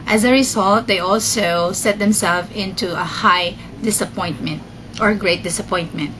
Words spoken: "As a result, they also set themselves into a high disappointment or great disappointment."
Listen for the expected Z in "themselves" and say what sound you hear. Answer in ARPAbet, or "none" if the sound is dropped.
none